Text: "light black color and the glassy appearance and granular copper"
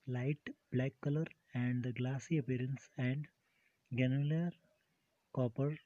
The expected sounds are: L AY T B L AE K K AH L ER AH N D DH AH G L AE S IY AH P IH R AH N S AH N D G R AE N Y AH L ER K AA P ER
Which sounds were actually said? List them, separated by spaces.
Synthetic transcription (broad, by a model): L AY T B L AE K K AH L ER AH N D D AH G L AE S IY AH P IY R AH N S AH N D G EH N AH L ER K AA P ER